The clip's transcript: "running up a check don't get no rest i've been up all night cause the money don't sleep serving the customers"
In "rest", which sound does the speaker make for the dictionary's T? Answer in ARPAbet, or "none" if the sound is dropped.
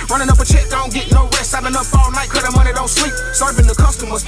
none